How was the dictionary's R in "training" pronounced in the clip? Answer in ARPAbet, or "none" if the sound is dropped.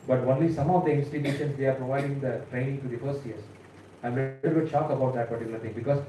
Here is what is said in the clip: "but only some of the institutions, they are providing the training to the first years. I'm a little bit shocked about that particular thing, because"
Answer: R